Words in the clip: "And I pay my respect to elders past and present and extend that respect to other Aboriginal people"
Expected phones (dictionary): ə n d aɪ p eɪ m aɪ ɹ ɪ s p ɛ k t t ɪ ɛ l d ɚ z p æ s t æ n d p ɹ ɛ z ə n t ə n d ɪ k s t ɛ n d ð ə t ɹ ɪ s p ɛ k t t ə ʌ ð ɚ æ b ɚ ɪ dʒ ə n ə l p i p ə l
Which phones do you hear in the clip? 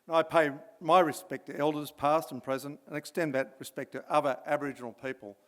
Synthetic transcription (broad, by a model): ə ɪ p eɪ m aɪ ɹ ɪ s p ɛ k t t ɪ ɛ l d ɚ z p æ s t n p ɹ ɛ z ə n t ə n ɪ k s t ɛ n ð ə t ɹ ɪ s p ɛ k t t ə ʌ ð ɚ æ b ɚ ɪ dʒ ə n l p i p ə l